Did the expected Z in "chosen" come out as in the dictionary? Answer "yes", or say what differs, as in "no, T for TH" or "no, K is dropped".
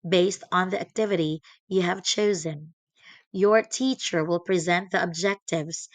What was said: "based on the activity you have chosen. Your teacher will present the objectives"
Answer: yes